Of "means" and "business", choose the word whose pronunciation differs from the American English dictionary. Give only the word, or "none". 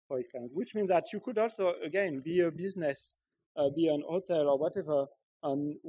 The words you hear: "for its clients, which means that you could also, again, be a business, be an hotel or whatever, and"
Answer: none